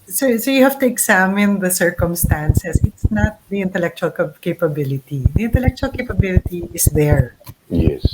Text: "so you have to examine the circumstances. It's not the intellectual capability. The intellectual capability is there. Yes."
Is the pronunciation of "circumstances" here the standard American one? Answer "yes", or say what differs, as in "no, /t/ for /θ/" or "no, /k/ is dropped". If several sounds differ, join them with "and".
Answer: no, /s/ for /z/